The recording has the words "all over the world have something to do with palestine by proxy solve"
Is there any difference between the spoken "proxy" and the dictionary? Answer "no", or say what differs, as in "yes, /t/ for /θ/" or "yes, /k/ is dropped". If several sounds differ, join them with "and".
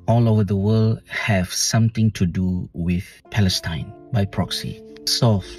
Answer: no